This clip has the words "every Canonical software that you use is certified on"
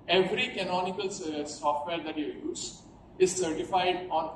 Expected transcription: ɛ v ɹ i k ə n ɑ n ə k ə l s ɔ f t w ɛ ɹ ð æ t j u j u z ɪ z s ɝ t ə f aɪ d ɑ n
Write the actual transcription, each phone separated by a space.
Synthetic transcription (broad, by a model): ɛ v ɹ i k ə n ɑ n ə k ə l s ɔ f t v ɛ ɹ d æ t j u j u z ɪ z s ɝ t ə f aɪ d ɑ n